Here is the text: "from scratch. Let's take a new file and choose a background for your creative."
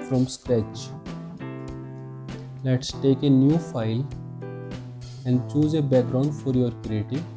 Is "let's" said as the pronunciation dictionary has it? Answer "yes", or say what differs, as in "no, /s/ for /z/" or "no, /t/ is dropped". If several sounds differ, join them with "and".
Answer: yes